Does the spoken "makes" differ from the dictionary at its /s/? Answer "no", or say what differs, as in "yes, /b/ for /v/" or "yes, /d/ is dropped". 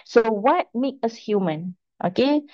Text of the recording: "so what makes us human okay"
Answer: yes, /s/ is dropped